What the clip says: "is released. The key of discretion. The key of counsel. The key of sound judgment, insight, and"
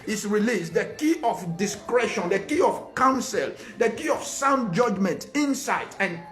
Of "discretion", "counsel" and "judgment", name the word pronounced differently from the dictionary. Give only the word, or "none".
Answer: none